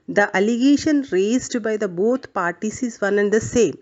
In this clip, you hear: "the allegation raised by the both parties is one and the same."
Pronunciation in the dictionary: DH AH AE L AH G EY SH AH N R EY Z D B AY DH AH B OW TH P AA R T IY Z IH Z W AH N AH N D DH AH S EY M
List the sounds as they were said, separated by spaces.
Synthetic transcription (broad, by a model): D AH AE L AH G EY SH AH N R EY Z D B AY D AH B OW T P AA R T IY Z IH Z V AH N AH N D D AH S EY M